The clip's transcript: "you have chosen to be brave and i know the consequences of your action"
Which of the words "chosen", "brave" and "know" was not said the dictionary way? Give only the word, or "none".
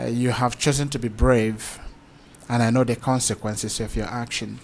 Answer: none